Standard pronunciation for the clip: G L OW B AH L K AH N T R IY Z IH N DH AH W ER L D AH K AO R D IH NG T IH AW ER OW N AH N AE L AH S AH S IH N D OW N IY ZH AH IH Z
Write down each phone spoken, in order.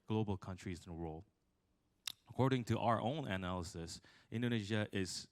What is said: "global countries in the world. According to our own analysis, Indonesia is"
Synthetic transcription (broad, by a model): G L OW B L K AH N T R IY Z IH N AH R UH L AH K AO R D IH NG T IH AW ER OW N AH N AE L AH S AH S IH N D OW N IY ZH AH IH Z